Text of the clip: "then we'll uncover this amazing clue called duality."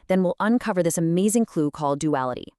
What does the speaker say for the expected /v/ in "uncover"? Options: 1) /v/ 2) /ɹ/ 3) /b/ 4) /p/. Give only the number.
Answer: 1